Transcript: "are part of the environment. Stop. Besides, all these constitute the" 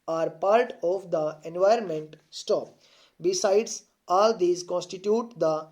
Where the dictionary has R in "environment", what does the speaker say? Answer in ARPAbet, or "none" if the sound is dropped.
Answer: R